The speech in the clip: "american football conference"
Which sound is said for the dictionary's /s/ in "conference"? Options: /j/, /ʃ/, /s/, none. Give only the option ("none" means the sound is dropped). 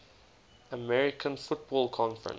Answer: none